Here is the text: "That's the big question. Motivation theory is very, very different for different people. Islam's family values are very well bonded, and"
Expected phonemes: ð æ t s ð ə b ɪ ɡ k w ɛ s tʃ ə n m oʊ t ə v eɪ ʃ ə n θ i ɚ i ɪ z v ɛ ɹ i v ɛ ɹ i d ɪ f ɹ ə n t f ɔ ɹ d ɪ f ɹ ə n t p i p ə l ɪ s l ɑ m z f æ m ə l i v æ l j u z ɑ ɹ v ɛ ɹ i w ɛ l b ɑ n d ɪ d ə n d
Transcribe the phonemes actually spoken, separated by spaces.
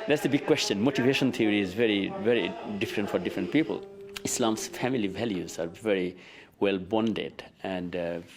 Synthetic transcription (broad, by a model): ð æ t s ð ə b ɪ ɡ k w ɛ s tʃ ə n m oʊ t ə v eɪ ʃ ə n t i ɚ i ɪ z v ɛ ɹ i v ɛ ɹ i d ɪ f ɹ ə n t f ɔ ɹ d ɪ f ɹ ə n t p i p ə l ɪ s l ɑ m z f æ m ə l i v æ l j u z ɑ ɹ v ɛ ɹ i w ɛ l b ɑ n d ɪ d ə n d